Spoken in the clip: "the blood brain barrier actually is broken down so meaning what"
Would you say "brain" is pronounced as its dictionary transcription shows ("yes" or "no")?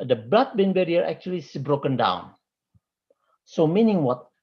no